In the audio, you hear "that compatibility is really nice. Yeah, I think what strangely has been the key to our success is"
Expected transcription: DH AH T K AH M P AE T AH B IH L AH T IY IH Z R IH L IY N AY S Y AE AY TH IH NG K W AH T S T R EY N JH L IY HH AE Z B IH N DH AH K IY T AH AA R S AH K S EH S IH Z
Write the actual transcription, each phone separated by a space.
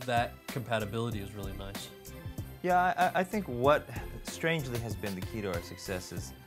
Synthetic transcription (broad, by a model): DH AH T K AH M P AE T AH B IH L AH T IY IH Z R IH L IY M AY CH Y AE AY TH IH NG K W AH T S T R EY N JH L IY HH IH Z B IH N DH AH K IY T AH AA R S AH K S EH S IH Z